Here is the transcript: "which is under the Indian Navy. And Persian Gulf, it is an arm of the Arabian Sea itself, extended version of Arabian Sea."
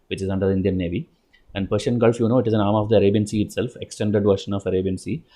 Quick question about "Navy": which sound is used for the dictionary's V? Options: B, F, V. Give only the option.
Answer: V